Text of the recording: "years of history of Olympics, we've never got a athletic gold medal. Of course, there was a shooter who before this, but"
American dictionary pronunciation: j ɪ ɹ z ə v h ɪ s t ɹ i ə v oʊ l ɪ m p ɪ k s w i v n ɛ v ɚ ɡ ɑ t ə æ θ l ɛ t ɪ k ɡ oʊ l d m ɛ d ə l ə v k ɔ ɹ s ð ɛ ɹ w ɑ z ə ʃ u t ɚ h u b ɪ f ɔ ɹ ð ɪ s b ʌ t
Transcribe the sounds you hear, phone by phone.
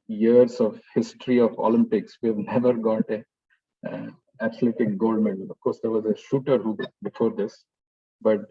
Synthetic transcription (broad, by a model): j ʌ ɹ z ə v h ɪ s t ɹ i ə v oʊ l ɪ m p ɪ k s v i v n ɛ v ɚ ɡ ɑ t ə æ t l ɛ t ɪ k ɡ oʊ l d m ɛ d ə l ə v k ɔ ɹ s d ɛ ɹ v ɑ z ə ʃ u t ɚ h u b ɪ f ɔ ɹ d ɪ s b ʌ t